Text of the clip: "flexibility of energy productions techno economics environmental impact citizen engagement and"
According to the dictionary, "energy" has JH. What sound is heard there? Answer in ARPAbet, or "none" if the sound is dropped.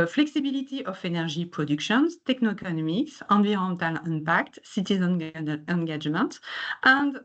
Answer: ZH